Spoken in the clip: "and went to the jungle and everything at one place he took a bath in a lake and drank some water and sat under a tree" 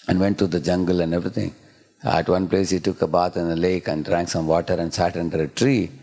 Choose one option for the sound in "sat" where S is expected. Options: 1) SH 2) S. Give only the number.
2